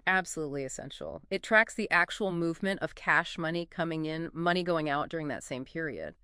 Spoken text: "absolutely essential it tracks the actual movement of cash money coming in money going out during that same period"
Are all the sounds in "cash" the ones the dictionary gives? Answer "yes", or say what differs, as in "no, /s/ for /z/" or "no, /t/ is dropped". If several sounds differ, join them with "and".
yes